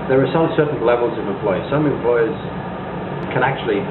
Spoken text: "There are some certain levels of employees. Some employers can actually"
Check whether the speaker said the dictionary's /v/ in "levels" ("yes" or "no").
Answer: yes